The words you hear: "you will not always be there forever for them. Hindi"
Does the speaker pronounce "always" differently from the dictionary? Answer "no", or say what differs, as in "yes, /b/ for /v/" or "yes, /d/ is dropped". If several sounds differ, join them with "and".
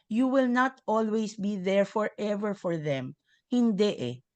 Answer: yes, /s/ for /z/